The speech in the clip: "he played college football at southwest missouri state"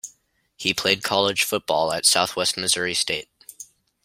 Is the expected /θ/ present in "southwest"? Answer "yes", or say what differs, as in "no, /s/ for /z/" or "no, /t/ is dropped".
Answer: yes